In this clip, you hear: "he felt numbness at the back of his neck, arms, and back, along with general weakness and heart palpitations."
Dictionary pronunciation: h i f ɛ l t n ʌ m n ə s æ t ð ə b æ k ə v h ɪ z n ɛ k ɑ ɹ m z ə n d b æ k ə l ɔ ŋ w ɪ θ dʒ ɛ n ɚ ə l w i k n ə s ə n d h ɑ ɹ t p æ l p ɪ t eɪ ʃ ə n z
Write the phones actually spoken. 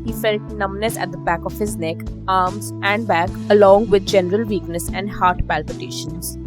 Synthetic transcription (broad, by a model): h i f ɛ l t n ʌ m n ə s æ t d ə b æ k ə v h ɪ z n ɛ k ɑ ɹ m z ə n d b æ k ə l ɔ ŋ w ɪ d dʒ ɛ n ɚ ə l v i k n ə s ə n d h ɑ ɹ t p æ l p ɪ t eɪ ʃ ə n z